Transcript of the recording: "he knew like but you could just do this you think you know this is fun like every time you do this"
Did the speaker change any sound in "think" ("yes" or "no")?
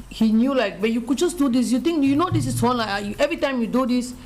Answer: yes